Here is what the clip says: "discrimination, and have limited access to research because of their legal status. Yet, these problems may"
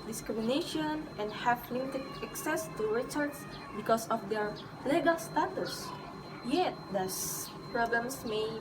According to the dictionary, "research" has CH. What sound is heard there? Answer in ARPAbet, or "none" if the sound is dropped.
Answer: S